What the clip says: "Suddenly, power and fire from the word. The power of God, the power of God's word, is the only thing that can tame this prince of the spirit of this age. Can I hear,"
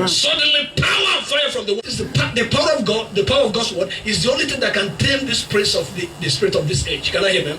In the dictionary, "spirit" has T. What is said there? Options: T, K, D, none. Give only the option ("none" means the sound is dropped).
T